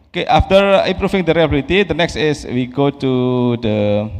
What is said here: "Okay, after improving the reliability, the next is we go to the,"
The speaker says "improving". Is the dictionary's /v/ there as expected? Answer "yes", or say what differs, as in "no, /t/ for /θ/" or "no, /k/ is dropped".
no, /f/ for /v/